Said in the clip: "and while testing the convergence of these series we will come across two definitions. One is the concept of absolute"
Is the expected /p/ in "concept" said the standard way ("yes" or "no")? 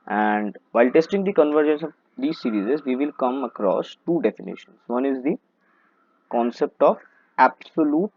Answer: yes